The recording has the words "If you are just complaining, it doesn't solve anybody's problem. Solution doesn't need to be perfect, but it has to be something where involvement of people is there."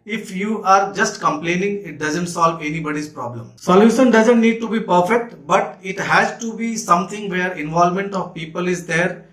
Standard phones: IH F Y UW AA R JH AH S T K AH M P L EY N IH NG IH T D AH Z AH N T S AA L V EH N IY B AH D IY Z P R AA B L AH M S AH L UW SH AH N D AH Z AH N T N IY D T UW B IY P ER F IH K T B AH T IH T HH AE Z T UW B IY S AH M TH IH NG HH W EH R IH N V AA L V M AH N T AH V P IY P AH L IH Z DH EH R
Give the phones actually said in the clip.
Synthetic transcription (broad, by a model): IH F Y UW AA R JH AH S T K AH M P L EY N IH NG IH T D AH Z AH N T S AA L V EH N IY B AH D IY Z P R AA B L AH M S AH L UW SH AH N D AH Z AH N T N IY D T UW B IY P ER F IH K T B AH T IH T HH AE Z T UW B IY S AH M T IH NG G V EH R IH N V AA L M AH N T AH V P IY P AH L IH Z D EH R